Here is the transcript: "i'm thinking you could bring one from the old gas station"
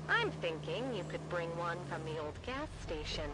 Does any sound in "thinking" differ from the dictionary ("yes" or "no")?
no